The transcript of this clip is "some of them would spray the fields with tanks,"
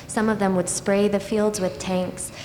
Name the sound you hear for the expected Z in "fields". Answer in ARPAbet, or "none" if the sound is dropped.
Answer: Z